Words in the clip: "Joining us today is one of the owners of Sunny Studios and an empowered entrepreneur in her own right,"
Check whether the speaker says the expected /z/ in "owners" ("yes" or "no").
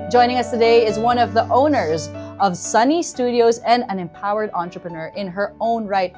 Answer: yes